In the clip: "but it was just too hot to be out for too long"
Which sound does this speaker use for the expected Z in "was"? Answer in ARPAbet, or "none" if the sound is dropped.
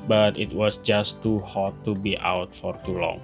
S